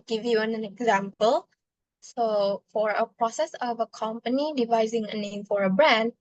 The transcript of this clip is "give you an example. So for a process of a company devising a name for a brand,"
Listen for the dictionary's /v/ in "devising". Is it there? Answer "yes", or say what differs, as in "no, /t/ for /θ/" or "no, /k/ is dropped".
yes